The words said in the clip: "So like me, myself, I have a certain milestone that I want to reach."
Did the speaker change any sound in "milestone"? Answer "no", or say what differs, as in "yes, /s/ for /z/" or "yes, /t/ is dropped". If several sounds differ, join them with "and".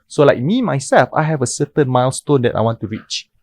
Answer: no